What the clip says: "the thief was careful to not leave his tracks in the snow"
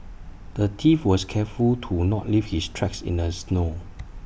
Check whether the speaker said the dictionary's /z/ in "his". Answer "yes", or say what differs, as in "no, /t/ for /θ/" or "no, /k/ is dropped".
no, /s/ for /z/